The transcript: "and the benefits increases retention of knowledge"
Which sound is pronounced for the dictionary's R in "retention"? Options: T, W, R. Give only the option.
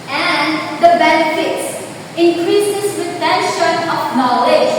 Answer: W